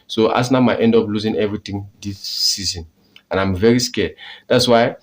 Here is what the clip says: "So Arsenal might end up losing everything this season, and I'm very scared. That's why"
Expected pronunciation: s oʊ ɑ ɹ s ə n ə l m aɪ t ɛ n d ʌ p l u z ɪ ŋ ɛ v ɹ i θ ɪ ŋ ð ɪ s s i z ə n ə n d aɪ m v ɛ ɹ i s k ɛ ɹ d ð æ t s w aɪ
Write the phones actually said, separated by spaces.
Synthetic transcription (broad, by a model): s oʊ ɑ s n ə ə m aɪ t ɛ n d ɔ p l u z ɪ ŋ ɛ v ɹ i t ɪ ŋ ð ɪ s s i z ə n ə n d aɪ m v ɛ ɹ i s k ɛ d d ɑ t s w aɪ